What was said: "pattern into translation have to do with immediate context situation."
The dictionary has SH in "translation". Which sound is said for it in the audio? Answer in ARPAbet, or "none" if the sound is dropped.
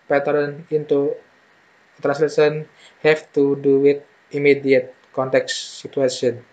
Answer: S